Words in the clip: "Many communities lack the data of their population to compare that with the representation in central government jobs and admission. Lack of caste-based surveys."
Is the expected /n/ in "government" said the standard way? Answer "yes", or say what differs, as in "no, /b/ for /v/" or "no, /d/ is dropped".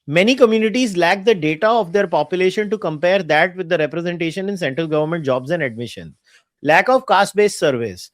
yes